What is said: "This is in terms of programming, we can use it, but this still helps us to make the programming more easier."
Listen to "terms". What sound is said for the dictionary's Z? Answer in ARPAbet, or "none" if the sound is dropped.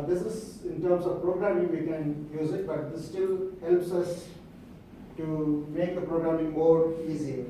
S